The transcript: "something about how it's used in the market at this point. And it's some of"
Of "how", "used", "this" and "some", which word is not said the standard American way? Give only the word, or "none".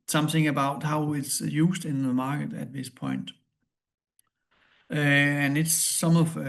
used